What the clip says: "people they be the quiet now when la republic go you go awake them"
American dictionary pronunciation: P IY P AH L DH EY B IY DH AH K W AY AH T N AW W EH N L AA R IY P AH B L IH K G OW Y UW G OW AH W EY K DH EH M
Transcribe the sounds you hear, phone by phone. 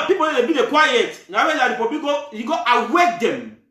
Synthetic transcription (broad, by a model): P IY P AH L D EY B IY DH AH K W AY AH T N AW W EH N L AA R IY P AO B IH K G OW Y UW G OW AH W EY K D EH M